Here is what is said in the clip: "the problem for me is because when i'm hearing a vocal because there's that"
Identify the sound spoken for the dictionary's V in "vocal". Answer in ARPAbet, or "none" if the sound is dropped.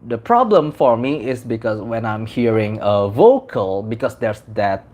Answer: V